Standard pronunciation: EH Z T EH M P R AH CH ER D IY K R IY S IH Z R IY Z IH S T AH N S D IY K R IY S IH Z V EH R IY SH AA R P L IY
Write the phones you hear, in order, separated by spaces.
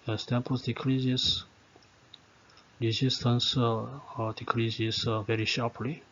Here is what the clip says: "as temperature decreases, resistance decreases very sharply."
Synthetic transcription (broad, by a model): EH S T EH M P AH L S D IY K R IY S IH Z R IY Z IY S T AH N S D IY K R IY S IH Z V EH R IY SH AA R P L IY